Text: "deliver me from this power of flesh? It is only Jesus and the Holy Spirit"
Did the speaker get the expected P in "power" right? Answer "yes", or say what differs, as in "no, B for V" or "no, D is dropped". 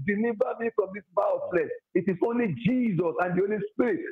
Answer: no, B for P